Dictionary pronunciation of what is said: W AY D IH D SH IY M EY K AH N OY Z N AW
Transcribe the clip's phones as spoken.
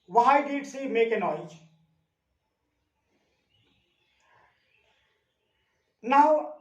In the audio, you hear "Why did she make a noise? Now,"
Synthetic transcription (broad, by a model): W AY D IH D S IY M EY K AH N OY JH N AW